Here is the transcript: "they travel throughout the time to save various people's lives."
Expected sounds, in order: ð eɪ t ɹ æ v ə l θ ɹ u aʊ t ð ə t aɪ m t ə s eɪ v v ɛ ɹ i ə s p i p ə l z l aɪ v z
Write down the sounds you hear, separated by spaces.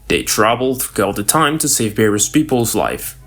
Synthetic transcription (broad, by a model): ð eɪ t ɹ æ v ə l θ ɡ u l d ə t aɪ m t ə s eɪ v b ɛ ɹ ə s p i p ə l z l aɪ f